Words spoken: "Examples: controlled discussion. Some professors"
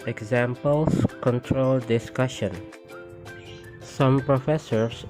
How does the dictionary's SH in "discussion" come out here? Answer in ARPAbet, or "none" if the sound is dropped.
SH